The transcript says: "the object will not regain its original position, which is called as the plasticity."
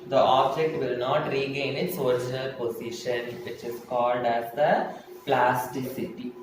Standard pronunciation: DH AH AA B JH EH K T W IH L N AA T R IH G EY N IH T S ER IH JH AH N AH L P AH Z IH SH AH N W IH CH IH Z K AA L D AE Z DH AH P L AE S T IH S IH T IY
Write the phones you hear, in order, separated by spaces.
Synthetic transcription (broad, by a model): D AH AA B JH EH K T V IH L N AA T R IH G EY N IH T S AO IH JH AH N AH L P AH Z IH SH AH N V IH CH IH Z K AA L D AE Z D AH P L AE S T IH S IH T IY